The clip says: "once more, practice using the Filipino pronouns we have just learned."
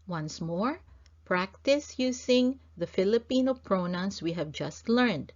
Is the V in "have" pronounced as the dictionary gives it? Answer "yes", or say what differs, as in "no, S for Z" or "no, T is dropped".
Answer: yes